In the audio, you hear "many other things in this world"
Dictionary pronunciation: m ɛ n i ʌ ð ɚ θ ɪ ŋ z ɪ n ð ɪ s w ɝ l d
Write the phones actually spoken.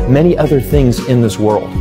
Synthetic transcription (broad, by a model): m ɛ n i ʌ ð ɚ θ ɪ ŋ z ɪ n ð ɪ s w ɝ l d